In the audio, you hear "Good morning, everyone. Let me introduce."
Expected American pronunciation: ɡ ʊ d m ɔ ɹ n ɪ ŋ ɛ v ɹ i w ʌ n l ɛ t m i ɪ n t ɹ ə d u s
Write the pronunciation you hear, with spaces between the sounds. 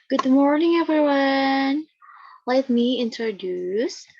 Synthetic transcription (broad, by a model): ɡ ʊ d m ɔ ɹ n ɪ ŋ ɛ v ɹ i w ʌ n l ɛ t m i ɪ n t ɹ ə d u s